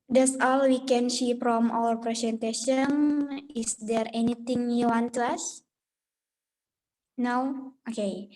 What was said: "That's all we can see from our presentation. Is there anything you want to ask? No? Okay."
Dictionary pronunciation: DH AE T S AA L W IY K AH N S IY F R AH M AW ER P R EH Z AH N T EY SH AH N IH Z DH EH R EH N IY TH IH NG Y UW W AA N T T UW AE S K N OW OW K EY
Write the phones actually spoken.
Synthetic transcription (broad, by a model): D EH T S AA L W IY K AH N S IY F R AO M AW ER P R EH S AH N T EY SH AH N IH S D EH R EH N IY T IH NG Y UW W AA N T T UW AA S N OW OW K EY